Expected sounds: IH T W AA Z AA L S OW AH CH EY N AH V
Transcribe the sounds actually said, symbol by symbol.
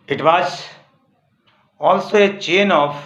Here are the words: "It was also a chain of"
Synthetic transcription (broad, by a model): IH T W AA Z AA L S OW AH CH EY N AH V